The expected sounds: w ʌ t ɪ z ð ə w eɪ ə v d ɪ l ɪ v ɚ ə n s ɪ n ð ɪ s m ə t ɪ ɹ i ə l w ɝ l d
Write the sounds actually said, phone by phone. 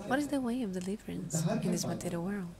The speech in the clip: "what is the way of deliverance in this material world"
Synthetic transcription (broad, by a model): w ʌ t ɪ z ð ə w eɪ ə v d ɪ l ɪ v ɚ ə n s ɪ n ð ɪ s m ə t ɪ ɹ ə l w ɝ l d